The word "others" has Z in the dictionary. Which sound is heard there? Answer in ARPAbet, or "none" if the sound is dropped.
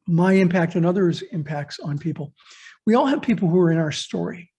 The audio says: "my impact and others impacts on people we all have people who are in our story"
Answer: Z